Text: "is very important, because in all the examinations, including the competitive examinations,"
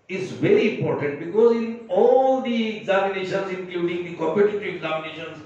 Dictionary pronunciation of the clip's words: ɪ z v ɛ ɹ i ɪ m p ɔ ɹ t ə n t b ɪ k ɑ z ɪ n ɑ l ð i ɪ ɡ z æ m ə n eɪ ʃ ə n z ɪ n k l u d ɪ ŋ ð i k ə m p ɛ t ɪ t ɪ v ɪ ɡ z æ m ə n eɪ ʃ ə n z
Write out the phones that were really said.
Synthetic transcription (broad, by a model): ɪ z v ɛ ɹ i ɪ m p ɔ ɹ t ə n t b ɪ k ɑ z ɪ n ɑ l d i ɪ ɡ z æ m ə n eɪ ʃ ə n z ɪ n k l u d ɪ ŋ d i k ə m p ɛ t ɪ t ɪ ɪ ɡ z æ m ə n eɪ ʃ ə n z